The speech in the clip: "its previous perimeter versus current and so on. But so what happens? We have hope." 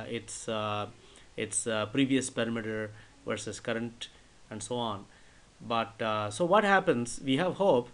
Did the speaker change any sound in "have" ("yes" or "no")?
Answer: no